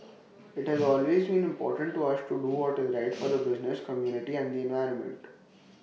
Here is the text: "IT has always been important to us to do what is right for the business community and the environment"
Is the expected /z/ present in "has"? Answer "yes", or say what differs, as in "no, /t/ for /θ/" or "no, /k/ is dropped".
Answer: yes